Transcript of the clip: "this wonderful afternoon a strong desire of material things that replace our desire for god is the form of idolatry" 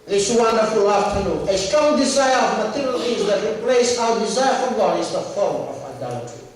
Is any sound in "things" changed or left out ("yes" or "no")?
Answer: yes